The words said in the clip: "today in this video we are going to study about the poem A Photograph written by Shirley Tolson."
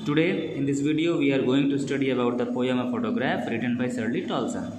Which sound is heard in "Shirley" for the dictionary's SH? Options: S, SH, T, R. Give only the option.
S